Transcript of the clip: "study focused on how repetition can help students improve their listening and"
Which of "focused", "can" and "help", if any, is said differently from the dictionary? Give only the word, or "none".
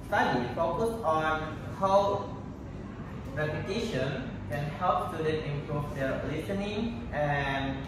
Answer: focused